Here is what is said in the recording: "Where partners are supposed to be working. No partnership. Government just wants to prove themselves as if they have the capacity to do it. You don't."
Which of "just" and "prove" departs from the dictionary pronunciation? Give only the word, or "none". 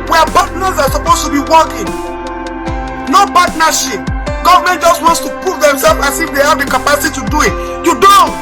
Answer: prove